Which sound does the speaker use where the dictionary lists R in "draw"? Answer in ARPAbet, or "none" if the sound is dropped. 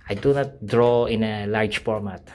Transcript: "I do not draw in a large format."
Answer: R